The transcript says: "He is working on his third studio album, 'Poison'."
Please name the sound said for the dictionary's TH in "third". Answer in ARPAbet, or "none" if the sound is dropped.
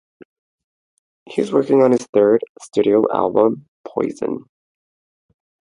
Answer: TH